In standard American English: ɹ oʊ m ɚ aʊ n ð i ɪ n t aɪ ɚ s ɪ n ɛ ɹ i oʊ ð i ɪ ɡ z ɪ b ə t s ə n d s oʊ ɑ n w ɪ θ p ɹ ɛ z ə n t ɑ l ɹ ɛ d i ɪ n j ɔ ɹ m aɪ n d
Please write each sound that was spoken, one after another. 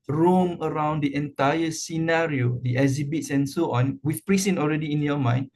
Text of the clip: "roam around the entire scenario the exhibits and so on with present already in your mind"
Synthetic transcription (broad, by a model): ɹ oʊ m ɚ aʊ n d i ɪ n t aɪ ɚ s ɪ n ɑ ɹ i oʊ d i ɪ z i b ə t s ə n s oʊ ɑ n w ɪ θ p ɹ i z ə n ɑ l ɹ ɛ d i ɪ n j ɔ m aɪ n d